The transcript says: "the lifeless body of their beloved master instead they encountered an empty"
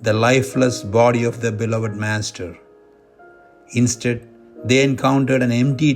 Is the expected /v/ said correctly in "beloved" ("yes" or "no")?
yes